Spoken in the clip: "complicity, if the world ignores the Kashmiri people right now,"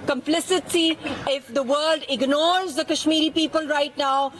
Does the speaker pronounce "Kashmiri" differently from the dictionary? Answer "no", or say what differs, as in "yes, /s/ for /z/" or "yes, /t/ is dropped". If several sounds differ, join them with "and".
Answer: no